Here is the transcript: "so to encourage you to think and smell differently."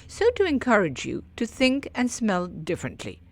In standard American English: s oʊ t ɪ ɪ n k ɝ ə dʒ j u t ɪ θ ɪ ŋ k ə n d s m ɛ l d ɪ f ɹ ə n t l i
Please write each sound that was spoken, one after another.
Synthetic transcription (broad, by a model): s oʊ t ɪ ɪ n k ɝ ə dʒ j u t ɪ θ ɪ ŋ k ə n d s m ɛ l d ɪ f ɹ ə n t l i